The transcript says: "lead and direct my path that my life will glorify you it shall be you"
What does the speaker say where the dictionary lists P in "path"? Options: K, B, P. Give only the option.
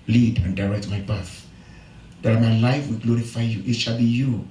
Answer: B